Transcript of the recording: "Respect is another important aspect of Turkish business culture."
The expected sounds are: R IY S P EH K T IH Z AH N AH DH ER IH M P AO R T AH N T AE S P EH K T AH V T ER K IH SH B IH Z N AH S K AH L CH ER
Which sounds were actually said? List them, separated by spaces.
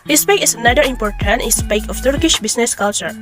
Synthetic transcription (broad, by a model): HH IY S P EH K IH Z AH N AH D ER IH M P AO R T AH N T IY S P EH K AH F T ER K IH SH B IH S N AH S K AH L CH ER